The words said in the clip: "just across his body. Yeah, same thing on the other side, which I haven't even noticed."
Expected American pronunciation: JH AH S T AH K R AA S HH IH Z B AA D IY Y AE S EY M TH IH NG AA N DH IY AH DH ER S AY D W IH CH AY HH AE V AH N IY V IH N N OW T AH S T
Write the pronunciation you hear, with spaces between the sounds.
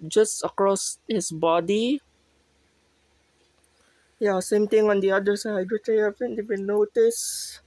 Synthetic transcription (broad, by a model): JH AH S T AH K R AA S HH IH S B AA D IY Y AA S EY M T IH NG AA N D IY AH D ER S AY D W IH CH AY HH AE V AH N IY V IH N N OW T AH S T